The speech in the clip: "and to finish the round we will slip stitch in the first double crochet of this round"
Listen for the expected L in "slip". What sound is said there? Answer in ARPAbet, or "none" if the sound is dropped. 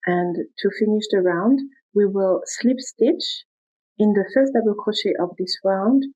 L